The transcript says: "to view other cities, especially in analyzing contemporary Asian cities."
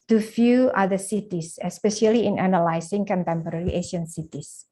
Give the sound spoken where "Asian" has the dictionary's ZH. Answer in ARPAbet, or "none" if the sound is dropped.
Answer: SH